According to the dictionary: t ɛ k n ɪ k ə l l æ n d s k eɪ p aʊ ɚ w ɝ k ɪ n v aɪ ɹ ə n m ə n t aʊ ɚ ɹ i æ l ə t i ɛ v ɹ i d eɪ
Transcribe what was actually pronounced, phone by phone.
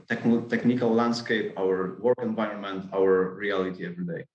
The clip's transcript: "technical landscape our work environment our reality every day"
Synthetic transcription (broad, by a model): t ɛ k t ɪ k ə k l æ n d s k eɪ p aʊ ɚ w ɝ k ɪ n v aɪ ɹ ə n m ə n t aʊ ɚ ɹ i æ l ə t i ɛ v ɹ i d eɪ